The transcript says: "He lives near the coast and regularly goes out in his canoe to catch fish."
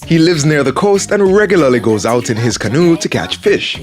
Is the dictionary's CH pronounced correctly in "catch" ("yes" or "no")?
yes